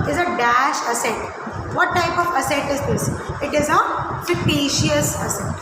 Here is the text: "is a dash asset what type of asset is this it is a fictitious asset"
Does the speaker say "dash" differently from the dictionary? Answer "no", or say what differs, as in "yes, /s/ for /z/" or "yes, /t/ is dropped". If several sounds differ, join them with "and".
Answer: no